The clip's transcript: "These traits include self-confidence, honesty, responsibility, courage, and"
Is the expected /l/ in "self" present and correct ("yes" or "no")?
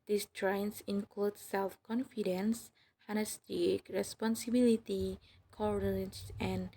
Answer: yes